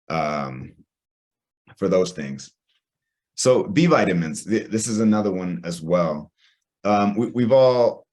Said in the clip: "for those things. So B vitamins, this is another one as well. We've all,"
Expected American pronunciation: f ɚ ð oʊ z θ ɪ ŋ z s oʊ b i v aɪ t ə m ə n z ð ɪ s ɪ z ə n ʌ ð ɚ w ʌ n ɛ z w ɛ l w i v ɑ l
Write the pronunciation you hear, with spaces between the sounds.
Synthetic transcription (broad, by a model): f ɚ ð oʊ z θ ɪ ŋ z s oʊ b i v aɪ t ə m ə n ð ð ɪ s ɪ z ə n ʌ ð ɚ w ʌ n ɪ z w ɛ l w i v ɑ l